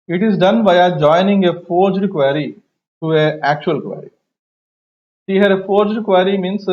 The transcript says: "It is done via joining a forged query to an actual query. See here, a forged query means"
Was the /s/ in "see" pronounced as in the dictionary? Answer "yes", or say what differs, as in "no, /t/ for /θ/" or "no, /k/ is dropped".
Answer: no, /ʃ/ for /s/